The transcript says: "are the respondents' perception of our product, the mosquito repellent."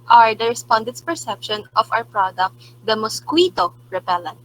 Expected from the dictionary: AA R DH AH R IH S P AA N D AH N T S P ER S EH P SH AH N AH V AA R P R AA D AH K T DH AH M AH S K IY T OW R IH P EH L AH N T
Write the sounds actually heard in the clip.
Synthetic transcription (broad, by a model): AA R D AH R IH S P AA N D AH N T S P ER S EH P SH AH N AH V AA W P R AA D AH K T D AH M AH S K IY T OW R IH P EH L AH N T